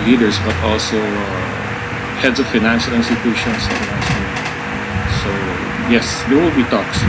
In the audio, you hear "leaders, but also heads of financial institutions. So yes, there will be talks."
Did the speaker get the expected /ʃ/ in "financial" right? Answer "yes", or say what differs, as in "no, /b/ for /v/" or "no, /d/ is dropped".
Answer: yes